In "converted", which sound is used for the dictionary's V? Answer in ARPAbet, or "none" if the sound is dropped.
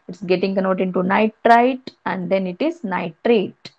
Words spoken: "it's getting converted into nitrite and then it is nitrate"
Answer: none